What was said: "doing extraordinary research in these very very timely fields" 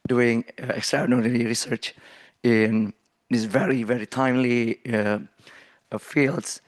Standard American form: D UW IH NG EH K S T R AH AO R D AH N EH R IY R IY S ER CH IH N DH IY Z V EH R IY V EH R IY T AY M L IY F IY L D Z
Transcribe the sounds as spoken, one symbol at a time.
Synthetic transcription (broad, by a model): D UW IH NG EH K S T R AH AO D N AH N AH R IY R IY S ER CH IH N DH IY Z V EH R IY V EH R IY T AY M L IY F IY L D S